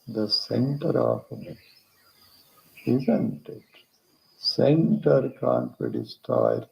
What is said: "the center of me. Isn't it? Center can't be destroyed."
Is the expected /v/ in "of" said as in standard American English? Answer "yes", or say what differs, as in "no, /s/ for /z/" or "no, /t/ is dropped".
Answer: no, /p/ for /v/